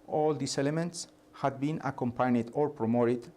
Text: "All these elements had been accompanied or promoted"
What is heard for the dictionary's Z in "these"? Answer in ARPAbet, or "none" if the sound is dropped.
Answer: S